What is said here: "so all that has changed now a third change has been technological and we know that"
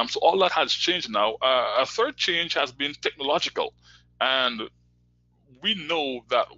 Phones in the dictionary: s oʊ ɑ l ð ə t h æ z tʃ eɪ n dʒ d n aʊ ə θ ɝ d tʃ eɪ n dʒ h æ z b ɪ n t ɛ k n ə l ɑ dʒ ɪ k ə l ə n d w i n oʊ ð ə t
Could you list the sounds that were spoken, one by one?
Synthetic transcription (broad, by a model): s oʊ ɑ l ð ə t h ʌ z tʃ eɪ n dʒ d n aʊ ə θ ɝ d tʃ eɪ n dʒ h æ z b ɪ n t ɛ k n ə l ɑ dʒ ɪ k ə l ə n w i n oʊ ð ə t